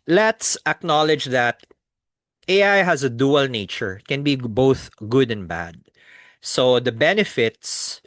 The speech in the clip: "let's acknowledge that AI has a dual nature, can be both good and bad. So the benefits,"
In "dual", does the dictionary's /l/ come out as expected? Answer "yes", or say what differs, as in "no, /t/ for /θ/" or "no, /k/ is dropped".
yes